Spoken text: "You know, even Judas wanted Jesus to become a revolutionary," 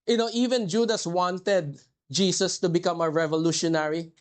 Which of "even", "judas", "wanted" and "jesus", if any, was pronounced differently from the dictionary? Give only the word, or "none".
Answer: jesus